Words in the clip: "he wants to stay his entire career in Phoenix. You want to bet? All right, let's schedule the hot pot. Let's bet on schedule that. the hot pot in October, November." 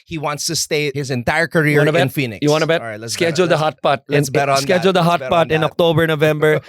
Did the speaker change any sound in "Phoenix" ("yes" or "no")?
yes